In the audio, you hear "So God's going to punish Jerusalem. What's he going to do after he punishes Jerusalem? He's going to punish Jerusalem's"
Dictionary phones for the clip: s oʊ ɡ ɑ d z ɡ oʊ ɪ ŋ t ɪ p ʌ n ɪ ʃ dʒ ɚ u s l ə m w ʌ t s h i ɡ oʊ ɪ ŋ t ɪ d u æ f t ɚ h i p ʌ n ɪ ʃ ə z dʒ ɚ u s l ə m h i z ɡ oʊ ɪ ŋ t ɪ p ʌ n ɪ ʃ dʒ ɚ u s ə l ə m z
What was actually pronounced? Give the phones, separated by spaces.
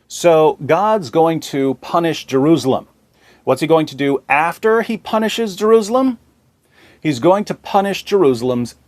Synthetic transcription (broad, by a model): s oʊ ɡ ɑ d z ɡ oʊ ɪ ŋ t ɪ p ʌ n ɪ ʃ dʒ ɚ u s l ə m w ʌ t s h i ɡ oʊ ɪ ŋ t ɪ d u æ f t ɚ i p ʌ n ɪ ʃ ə z dʒ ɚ u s l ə m h i z ɡ oʊ ɪ ŋ t ɪ p ʌ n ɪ ʃ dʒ ɚ u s l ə m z